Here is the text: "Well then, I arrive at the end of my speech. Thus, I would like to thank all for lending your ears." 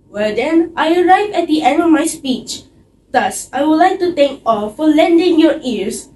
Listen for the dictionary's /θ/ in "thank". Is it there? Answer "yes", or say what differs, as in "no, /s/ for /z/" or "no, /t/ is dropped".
no, /t/ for /θ/